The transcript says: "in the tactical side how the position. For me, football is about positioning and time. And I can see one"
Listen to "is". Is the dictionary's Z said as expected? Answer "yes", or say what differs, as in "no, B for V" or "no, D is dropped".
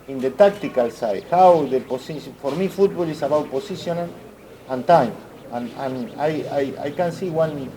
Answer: no, S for Z